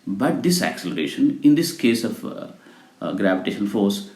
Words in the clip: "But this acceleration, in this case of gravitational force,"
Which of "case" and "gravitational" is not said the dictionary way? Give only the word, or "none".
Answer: gravitational